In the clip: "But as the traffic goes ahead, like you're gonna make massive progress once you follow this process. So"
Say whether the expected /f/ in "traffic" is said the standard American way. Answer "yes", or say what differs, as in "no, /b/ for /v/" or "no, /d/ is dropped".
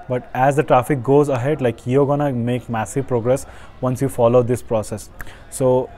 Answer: yes